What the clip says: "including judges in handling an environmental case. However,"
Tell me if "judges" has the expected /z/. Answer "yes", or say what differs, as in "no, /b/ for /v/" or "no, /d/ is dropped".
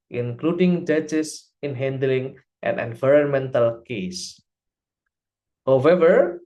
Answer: no, /s/ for /z/